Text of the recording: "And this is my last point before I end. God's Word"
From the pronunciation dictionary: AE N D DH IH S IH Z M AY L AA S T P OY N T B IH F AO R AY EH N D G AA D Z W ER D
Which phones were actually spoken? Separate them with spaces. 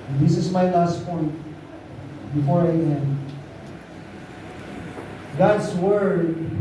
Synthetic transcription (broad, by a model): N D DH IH S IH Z M AY L AA S T P OY N T B IH F AO R AY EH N G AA D S W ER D